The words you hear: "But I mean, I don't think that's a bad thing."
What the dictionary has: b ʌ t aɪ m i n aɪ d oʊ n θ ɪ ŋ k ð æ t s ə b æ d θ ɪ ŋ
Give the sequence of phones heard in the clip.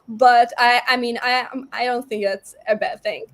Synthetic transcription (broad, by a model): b ʌ t aɪ m i n aɪ d oʊ n θ ɪ ŋ k ð æ t s ə b æ d θ ɪ ŋ